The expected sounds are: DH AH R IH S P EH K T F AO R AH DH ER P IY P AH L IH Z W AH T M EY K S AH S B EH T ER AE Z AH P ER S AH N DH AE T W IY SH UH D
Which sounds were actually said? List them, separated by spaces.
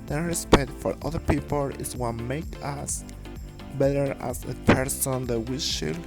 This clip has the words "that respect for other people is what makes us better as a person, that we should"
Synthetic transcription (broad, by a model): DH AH R IH S P EH K T F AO R AH DH ER P IY P AH L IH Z W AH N M EY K AH S B EH T ER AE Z AH P ER S AH N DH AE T W IY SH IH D